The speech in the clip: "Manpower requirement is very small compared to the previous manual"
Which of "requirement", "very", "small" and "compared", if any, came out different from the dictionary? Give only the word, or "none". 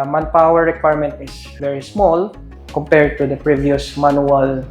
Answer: none